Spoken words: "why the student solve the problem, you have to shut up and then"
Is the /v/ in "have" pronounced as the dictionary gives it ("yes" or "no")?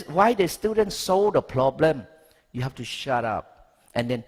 no